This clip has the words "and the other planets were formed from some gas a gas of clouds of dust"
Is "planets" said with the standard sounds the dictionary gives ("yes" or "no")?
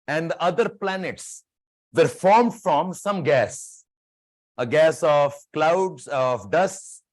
yes